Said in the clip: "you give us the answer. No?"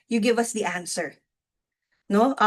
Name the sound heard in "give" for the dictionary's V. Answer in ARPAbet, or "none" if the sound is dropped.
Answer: V